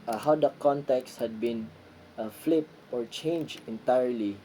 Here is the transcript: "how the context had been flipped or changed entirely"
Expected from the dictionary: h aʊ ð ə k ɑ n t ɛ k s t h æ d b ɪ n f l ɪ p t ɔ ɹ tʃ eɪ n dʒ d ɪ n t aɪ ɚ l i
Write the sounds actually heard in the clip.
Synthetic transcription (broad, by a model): h aʊ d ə k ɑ n t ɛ k s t h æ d b ɪ n f l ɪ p ɔ ɹ tʃ eɪ n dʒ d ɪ n t aɪ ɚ l i